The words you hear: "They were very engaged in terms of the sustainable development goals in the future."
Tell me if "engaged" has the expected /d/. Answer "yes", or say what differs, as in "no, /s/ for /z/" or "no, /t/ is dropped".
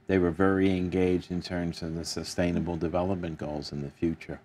yes